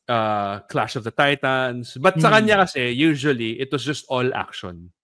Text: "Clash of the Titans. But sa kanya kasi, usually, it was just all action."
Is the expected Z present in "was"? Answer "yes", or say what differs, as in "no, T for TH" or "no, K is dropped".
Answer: no, S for Z